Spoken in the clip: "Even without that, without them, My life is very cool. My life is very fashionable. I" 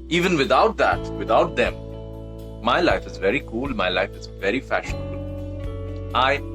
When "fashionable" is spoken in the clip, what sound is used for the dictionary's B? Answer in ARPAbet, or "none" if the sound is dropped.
B